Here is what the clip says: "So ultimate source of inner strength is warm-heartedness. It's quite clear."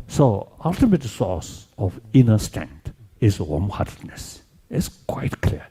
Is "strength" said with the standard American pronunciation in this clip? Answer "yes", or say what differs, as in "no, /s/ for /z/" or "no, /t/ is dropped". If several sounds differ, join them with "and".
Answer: no, /t/ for /θ/